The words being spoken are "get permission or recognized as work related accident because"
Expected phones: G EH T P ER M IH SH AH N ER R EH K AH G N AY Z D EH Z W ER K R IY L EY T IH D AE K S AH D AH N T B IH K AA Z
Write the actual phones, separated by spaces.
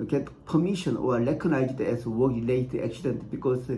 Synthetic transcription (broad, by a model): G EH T P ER M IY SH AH N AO L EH K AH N AY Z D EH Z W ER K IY L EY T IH AE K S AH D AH N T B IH K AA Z